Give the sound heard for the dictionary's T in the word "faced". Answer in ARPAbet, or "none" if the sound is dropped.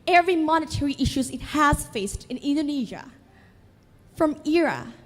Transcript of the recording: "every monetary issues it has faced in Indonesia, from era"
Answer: T